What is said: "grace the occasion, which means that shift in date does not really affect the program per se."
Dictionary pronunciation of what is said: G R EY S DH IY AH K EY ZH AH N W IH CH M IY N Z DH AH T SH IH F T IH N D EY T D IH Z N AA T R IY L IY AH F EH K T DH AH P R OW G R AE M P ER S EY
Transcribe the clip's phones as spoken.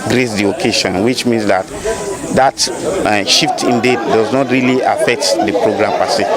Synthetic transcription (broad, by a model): G R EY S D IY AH K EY SH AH N W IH CH M IY N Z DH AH T SH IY F T IH N D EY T D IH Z N AA T R IY L IY AH F EH K T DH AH P R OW G R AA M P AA S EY